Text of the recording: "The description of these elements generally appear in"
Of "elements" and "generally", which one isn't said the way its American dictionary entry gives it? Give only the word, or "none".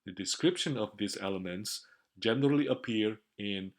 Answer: none